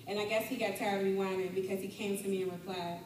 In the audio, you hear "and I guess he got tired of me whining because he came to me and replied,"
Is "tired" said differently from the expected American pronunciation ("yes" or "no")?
yes